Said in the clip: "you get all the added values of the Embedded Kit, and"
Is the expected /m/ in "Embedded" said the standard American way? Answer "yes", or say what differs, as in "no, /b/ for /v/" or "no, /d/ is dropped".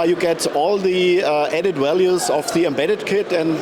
yes